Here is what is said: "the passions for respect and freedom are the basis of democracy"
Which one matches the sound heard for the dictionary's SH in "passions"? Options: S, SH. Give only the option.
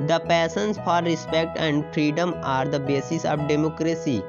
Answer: S